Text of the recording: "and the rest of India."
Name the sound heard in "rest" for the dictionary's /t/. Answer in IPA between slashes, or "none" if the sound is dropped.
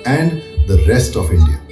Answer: /t/